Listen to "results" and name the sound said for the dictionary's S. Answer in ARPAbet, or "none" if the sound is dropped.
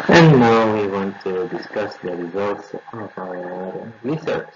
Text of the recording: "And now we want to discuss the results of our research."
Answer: S